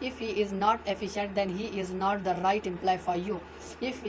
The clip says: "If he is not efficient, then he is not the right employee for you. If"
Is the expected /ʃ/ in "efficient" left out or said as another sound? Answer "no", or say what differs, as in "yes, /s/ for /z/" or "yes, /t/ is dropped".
no